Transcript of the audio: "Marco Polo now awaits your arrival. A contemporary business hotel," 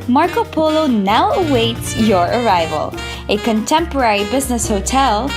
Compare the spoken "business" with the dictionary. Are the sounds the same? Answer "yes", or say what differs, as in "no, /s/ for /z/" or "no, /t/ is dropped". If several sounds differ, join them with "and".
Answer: yes